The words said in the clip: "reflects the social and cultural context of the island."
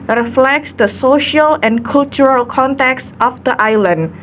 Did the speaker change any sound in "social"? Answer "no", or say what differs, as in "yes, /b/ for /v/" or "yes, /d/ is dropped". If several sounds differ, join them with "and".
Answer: no